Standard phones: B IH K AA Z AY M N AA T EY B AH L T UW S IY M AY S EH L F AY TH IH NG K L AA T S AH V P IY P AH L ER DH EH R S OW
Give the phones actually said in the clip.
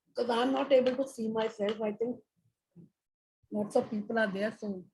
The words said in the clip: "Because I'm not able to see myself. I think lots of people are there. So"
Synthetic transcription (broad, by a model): K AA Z AY M N AA T EY B AH L T UW S IY M AY S EH L F AY T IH NG K N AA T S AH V P IY P AH L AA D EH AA S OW